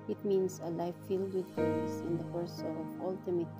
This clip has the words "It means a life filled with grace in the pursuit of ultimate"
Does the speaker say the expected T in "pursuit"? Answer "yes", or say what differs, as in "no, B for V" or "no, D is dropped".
no, T is dropped